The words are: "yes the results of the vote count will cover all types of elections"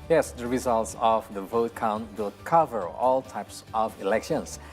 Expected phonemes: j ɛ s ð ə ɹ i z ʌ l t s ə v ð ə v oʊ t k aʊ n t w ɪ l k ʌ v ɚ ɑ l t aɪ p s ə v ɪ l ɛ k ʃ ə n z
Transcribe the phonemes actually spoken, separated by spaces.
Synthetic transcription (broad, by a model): j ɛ s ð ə ɹ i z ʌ l t s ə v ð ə v oʊ t k aʊ n t w ɪ l k ʌ v ɚ ɑ l t aɪ p s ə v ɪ l ɛ k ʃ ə n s